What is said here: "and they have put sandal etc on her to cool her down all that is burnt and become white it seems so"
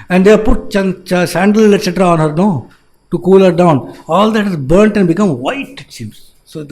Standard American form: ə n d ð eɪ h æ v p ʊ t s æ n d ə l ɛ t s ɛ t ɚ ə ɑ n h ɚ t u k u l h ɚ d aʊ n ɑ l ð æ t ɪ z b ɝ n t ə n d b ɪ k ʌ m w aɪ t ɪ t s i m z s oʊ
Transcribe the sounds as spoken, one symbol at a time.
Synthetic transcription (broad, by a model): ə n d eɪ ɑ p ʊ t s æ n d ə l ɛ t s ɛ t ɚ ə ɑ n h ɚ t u k u l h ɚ d aʊ n ɑ l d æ t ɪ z b ɝ n t ə n d b ɪ k ʌ m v aɪ t ɪ t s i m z s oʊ